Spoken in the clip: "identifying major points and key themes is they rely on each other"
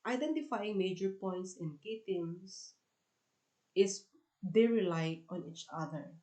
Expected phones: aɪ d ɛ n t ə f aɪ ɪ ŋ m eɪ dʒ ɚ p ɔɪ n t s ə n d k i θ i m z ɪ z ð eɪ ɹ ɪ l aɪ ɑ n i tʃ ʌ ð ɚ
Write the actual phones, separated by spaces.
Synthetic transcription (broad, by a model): aɪ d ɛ n t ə f aɪ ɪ ŋ m eɪ dʒ ɚ p ɔɪ n t s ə n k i t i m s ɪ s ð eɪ ɹ ɪ l aɪ ɑ n i tʃ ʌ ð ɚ